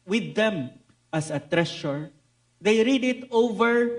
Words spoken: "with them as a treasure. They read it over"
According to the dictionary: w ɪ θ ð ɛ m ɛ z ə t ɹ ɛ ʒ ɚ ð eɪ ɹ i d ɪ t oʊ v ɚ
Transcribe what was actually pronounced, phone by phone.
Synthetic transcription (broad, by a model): w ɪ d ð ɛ m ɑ s ə t ɹ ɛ ʃ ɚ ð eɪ ɹ i d ɪ t oʊ v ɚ